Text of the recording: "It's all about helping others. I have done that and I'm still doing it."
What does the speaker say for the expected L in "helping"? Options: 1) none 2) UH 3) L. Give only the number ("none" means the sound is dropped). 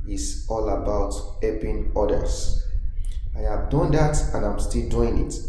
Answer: 1